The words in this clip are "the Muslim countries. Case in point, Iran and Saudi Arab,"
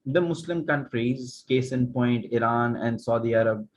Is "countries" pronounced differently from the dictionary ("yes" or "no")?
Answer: no